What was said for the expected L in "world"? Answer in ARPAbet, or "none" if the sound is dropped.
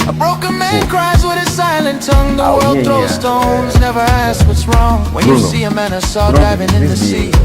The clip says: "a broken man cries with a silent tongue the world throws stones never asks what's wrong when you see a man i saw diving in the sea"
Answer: L